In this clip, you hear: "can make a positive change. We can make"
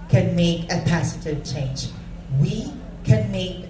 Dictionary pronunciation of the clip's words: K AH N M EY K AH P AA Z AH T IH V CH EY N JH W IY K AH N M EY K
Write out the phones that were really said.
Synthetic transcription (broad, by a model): K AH N M EY K AH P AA S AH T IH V CH EY N JH W IY K AH N M EY K